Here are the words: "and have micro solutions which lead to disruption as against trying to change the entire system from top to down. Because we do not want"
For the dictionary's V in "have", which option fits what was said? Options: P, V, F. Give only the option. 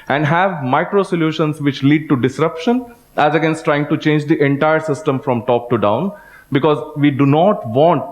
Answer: V